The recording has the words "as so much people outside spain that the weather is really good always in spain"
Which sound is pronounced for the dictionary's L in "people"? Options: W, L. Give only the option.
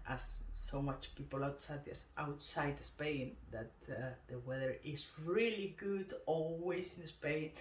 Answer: W